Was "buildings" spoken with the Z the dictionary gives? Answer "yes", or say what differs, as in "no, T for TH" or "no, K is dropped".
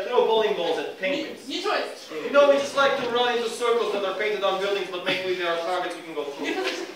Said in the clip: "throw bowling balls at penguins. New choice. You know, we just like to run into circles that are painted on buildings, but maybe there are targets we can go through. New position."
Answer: yes